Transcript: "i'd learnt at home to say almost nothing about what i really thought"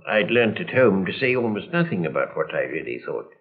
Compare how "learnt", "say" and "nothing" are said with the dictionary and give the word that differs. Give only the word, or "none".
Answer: none